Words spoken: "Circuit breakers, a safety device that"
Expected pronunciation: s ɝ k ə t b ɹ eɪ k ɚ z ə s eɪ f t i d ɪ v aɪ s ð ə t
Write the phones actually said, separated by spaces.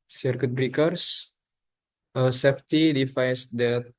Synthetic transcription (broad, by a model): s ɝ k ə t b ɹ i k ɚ s ə s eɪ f t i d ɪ f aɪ s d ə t